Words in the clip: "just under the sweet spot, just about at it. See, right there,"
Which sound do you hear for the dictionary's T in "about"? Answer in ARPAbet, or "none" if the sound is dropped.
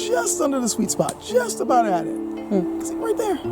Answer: T